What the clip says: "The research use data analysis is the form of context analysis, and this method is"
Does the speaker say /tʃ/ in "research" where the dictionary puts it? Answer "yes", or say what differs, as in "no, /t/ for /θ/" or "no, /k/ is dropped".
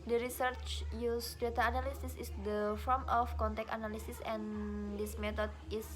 yes